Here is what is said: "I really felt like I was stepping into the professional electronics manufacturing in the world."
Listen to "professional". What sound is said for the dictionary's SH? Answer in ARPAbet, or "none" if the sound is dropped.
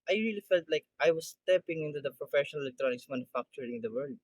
SH